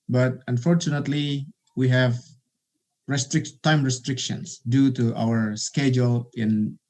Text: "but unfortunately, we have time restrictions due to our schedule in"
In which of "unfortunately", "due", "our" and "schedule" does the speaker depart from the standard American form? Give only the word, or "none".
none